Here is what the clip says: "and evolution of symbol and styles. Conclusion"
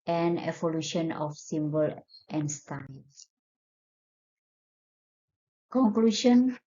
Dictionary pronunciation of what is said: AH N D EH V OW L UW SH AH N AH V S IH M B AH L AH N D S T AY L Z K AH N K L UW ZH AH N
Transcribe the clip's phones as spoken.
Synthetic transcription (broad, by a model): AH N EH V OW L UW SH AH N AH F S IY M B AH L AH N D S T AY L K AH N K L UW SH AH N